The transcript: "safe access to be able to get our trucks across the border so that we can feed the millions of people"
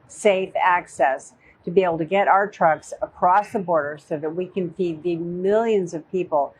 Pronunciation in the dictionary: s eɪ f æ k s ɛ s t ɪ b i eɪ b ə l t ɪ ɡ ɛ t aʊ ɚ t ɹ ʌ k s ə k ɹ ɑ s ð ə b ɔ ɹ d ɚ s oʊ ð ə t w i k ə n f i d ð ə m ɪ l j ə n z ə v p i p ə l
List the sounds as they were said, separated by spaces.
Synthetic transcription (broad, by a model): s eɪ f æ k s ɛ s t ɪ b i eɪ b l t ɪ ɡ ɛ t aʊ ɚ t ɹ ʌ k s ə k ɹ ɑ s ð ə b ɔ ɹ d ɚ s oʊ ð ə t w i k ə n f i d ð ə m ɪ l j ə n z ə v p i p l